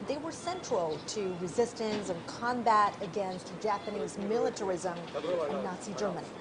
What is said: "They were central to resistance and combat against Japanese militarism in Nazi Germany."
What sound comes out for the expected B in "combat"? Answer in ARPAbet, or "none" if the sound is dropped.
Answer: B